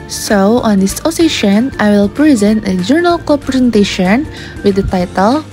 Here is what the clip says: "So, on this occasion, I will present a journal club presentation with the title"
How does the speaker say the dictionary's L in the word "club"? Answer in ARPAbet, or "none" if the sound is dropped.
none